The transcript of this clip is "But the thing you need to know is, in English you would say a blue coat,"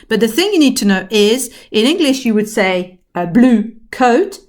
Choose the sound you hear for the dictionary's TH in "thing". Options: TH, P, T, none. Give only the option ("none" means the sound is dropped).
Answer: TH